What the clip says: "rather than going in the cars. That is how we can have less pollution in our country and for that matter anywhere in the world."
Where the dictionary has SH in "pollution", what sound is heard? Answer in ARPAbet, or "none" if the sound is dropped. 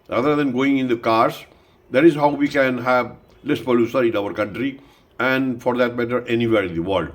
S